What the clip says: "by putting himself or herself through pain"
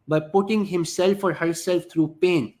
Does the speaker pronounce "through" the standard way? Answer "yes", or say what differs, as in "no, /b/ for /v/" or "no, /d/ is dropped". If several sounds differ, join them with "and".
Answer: no, /t/ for /θ/